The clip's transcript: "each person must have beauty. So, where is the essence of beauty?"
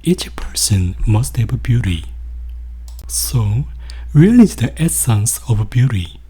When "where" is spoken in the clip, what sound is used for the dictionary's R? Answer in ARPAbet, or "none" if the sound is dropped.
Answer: L